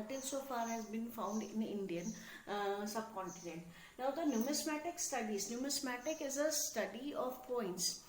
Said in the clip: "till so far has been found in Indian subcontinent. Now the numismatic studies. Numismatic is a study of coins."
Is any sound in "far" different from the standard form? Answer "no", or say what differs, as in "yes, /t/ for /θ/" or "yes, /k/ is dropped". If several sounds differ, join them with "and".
no